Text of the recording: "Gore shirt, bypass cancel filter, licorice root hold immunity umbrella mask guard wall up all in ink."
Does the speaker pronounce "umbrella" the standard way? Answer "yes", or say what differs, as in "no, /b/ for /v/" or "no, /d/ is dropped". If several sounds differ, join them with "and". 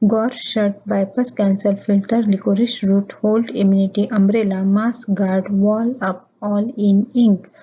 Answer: yes